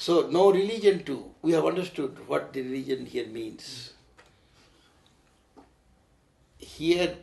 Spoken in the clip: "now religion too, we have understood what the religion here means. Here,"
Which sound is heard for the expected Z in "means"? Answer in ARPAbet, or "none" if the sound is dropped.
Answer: S